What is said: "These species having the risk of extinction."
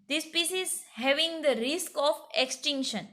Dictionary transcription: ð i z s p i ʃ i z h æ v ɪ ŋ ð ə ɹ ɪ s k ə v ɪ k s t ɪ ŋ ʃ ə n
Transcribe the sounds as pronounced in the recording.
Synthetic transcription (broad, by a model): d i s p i s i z h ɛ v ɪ ŋ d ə ɹ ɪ s k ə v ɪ k s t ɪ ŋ ʃ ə n